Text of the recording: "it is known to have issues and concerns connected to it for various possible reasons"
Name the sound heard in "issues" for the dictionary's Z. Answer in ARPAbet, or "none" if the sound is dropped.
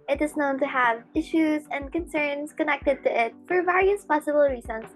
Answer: Z